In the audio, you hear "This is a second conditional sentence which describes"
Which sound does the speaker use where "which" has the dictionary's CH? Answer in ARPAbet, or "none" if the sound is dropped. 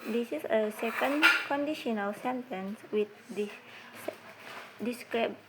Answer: S